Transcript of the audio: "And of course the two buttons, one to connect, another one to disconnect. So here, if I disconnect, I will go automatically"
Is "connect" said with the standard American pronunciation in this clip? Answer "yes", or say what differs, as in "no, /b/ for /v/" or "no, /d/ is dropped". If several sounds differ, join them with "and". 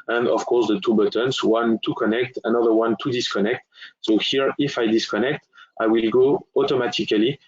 yes